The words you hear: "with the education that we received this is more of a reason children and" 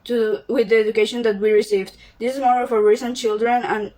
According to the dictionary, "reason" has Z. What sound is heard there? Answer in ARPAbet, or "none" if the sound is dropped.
S